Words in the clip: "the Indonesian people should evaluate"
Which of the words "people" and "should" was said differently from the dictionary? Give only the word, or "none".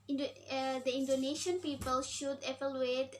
none